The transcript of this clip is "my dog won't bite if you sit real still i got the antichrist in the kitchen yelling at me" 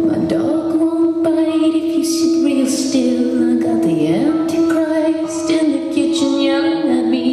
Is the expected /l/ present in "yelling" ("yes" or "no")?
no